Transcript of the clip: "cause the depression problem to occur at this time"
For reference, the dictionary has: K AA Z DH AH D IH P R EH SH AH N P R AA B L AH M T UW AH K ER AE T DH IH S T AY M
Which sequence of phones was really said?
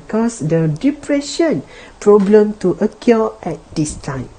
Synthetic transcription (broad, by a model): K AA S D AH D IH P R EH SH AH N P R AA B L AH M T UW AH K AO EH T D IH S T AY M